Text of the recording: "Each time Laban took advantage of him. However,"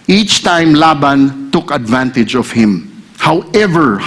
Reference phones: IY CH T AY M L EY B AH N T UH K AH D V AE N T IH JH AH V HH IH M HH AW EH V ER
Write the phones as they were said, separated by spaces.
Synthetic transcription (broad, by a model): IY CH T AY M L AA B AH N T UH K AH D V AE N T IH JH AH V HH IH M HH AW EH V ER